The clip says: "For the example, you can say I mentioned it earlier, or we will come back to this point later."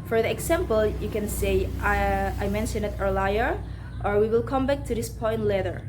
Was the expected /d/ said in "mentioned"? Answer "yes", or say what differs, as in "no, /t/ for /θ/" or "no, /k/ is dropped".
no, /d/ is dropped